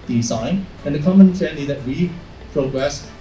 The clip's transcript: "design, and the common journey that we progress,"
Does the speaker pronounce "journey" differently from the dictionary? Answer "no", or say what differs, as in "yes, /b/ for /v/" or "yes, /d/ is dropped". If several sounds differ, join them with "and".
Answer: yes, /tʃ/ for /dʒ/